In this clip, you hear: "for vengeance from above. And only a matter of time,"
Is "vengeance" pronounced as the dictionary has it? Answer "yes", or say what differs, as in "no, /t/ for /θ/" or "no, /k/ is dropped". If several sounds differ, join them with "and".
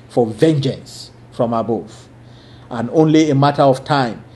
yes